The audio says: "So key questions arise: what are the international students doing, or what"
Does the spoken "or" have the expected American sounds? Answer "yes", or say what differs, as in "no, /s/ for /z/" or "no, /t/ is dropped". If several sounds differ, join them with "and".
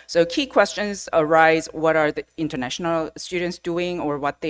yes